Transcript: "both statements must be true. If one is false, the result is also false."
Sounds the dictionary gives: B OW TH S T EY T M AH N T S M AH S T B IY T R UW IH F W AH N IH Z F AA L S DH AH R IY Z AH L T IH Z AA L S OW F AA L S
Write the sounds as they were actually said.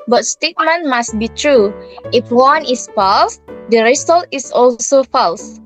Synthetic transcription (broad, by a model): B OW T S T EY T M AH N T M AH S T B IY T R UW IH F W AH N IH S F AA L S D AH R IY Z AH L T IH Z AA L S OW F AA L S